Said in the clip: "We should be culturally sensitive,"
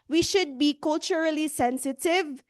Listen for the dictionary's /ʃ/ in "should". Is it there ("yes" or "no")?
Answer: yes